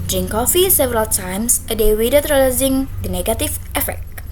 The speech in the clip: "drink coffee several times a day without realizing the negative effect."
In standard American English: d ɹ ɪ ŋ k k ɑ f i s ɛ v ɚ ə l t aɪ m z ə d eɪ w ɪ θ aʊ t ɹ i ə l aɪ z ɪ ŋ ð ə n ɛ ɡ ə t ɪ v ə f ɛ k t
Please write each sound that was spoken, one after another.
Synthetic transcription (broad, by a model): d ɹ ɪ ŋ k k ɑ f i s ɛ v ɚ ə l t aɪ m s ə d eɪ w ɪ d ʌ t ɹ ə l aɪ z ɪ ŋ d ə n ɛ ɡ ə t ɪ f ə f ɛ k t